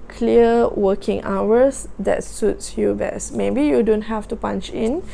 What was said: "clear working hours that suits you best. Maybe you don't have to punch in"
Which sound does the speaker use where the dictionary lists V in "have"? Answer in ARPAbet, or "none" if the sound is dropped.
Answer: F